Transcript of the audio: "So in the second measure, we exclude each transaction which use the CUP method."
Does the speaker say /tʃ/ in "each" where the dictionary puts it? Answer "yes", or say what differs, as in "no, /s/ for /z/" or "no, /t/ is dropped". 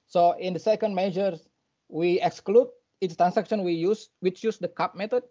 no, /s/ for /tʃ/